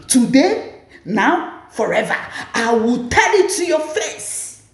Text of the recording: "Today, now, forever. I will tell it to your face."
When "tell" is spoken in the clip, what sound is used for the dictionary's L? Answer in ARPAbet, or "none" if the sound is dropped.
N